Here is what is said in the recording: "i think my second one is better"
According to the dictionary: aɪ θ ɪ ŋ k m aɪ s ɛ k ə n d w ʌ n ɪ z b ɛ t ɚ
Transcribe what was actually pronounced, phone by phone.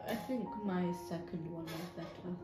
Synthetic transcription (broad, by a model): aɪ θ ɪ ŋ k m aɪ s ɛ k ə n d w ʌ n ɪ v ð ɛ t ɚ